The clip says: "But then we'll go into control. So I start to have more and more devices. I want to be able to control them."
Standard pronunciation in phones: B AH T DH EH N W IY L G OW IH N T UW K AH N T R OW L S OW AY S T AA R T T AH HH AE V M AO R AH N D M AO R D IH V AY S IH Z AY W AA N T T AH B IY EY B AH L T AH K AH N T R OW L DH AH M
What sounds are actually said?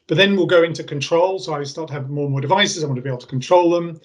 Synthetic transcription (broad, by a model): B AH T DH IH N W IY L G OW IH N T UW K AH N T R OW L S OW AY S T AA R T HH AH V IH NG M AO R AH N M AO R D IH V AY S IH Z AY W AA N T T AH B IY EY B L T AH K AH N T R OW L DH AH M